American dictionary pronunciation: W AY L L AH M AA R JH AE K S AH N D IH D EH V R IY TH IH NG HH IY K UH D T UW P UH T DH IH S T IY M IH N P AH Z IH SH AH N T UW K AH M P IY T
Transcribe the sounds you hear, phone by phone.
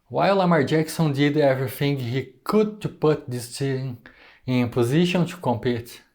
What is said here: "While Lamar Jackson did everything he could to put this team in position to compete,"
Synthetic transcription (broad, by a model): W AY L L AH M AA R JH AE K S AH N D IH D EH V R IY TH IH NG HH IY K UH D T UW P UH T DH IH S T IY IH N P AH Z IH SH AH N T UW K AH M P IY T